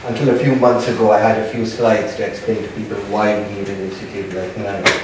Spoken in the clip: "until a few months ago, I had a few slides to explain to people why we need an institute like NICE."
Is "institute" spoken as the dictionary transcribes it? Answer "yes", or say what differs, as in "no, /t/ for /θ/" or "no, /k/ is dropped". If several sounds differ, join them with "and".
no, /n/ is dropped